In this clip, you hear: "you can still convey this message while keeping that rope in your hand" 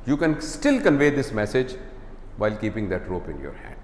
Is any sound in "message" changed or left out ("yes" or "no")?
no